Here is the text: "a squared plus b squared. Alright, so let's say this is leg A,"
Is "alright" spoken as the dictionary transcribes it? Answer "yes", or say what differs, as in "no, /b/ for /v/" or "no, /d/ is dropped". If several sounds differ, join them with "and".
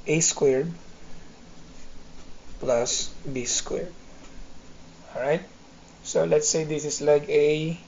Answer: no, /l/ is dropped